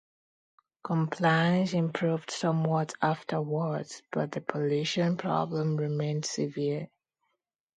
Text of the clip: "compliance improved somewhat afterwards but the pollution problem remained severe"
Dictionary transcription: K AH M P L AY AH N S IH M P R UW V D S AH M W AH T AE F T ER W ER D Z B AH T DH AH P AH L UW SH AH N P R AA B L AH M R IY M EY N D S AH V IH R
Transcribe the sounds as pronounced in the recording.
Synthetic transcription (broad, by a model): K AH M P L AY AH N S IH M P R UW V D S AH M W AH T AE F T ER W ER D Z B AH T DH AH P AH L UW SH AH N P R AA B L AH M R IY M EY N D S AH V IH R